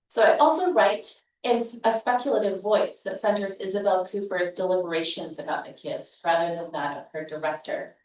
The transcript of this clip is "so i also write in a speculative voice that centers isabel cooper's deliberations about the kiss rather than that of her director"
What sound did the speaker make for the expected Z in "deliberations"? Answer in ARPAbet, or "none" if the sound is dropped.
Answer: Z